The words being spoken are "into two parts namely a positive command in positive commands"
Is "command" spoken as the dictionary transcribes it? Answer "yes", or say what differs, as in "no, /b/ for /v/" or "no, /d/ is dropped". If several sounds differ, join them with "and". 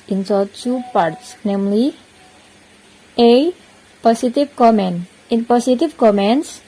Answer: no, /d/ is dropped